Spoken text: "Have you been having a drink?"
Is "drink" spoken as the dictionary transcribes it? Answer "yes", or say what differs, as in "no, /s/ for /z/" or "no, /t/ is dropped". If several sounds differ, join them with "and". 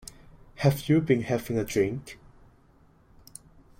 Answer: yes